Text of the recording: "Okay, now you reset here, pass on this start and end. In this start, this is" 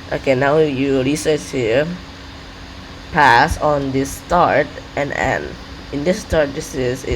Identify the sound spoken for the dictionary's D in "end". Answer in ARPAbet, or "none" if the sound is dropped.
none